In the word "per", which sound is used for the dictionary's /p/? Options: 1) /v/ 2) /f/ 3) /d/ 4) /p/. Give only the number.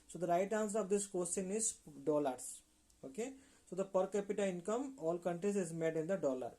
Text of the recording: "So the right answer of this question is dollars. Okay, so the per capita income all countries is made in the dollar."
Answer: 4